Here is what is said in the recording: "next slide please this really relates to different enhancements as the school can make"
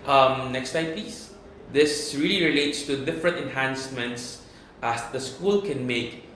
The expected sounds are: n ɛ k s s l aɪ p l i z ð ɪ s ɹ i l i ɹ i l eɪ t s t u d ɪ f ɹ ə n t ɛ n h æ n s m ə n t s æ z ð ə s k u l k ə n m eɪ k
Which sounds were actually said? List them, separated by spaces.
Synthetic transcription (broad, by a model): n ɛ k s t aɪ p i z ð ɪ s ɹ i l i ɹ i l eɪ t s t u d ɪ f ɹ ə n t ɛ n h æ n s m ə n t s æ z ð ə s k u l k ə n m eɪ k